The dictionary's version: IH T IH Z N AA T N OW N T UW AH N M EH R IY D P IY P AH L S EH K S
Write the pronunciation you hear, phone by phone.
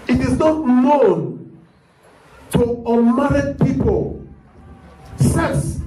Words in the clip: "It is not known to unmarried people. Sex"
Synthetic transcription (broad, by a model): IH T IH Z N AA T N OW N T UW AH M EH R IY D P IY P AH L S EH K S